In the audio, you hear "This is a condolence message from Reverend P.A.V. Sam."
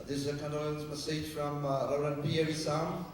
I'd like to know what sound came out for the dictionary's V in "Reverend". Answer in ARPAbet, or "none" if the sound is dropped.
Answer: none